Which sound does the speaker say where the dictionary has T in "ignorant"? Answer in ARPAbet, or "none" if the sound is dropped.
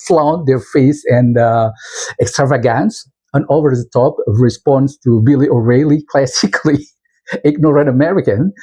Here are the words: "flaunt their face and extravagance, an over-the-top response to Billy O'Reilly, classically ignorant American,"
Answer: none